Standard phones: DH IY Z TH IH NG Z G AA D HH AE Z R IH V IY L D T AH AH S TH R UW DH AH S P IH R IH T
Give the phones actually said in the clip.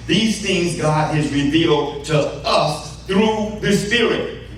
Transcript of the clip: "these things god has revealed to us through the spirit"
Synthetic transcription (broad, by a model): DH IY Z TH IH NG Z G AA D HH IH Z R IH V IY L D T AH AH S TH R UW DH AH S P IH R IH T